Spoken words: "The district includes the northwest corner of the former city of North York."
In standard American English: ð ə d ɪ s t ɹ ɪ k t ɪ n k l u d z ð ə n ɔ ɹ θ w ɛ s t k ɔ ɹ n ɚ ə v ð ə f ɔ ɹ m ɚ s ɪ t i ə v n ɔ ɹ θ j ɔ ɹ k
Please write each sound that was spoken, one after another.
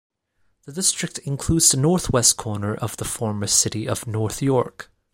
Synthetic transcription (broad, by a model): ð ə d ɪ s t ɹ ɪ k t ɪ n k l u d z ð ə n ɔ ɹ θ w ɛ s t k ɔ ɹ n ɚ ə v ð ə f ɔ ɹ m ɚ s ɪ t i ə v n ɔ ɹ θ j ɔ ɹ k